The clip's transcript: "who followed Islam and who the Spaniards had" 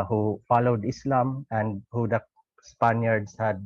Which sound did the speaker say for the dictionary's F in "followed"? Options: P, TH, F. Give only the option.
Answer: F